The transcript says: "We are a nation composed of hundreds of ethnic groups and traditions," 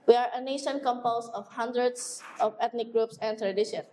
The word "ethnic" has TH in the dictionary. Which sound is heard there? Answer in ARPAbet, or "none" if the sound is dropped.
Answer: T